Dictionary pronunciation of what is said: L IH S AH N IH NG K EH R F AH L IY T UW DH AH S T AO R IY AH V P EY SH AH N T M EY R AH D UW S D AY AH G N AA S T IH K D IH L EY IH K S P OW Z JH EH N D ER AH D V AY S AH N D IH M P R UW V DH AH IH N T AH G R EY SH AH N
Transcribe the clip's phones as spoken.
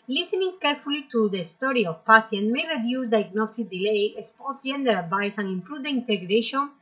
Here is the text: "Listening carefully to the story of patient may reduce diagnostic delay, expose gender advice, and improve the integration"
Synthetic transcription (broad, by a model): L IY S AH N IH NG K EH R F AH L IY T UW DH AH S T AO R IY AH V P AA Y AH N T M EY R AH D UW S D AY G N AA S T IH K D IH L EY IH S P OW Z JH EH N D ER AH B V AY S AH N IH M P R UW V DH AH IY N T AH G R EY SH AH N